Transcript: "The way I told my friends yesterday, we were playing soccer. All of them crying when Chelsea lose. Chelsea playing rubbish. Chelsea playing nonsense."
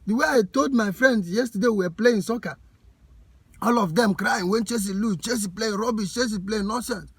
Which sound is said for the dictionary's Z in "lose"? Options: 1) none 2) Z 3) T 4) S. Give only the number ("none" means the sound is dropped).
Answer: 1